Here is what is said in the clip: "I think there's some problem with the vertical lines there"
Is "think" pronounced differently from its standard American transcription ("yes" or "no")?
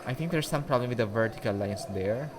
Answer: yes